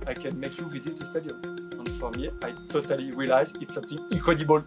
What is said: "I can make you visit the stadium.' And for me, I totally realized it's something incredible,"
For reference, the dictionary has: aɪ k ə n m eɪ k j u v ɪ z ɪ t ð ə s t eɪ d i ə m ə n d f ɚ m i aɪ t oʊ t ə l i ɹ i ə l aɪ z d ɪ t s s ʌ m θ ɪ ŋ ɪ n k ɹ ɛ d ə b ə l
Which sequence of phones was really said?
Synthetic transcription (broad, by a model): aɪ k ə n m eɪ k j u v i z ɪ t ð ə s t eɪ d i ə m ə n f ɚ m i aɪ t oʊ t ə l i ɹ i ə l aɪ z ɪ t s s ʌ m θ ɪ ŋ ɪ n k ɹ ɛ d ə b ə l